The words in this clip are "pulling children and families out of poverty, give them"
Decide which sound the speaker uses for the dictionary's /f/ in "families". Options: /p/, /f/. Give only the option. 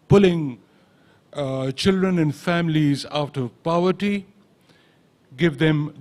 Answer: /f/